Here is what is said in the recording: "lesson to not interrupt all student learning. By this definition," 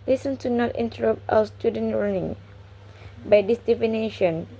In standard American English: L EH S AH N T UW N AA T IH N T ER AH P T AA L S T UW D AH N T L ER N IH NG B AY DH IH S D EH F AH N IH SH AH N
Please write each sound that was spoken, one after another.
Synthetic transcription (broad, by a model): L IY S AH N T UW N AA T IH N T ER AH P T AA W S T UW D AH N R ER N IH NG B AY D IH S D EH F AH N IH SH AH N